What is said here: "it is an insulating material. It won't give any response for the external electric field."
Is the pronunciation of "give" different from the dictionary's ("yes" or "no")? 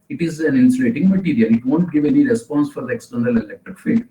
no